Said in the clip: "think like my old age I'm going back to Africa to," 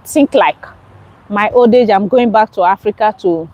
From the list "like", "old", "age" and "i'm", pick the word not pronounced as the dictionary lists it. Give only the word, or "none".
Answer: none